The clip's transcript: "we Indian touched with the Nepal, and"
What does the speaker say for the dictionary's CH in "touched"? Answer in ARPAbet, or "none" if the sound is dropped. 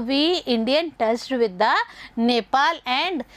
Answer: S